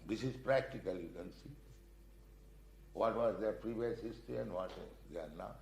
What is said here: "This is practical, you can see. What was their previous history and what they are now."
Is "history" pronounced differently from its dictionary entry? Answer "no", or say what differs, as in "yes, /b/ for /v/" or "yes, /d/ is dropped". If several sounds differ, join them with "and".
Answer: yes, /ɹ/ is dropped